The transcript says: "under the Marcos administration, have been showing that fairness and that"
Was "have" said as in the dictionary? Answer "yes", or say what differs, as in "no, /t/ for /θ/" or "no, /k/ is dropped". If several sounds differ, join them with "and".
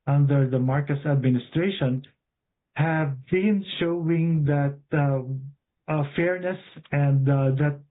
yes